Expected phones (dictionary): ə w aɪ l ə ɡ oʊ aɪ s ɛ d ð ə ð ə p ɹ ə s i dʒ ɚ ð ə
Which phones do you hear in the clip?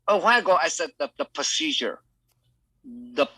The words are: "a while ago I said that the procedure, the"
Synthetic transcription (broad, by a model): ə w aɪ n ə ɡ oʊ aɪ s ɛ d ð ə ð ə p ɹ ə s i dʒ ɚ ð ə